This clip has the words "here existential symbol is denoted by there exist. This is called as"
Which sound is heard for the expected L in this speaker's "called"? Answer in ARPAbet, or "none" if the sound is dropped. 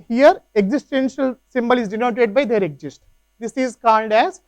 N